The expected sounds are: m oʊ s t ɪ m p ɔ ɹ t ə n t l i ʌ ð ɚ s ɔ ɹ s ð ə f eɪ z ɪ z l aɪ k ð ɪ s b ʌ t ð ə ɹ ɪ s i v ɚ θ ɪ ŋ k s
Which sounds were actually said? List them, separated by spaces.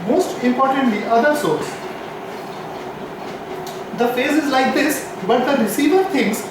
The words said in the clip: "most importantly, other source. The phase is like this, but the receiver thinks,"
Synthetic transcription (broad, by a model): m oʊ s t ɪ m p ɔ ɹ t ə n t l i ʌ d ɚ s ɔ ɹ s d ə f eɪ z ɪ z l aɪ k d ɪ s b ʌ t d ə ɹ ɪ s i v ɚ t ɪ ŋ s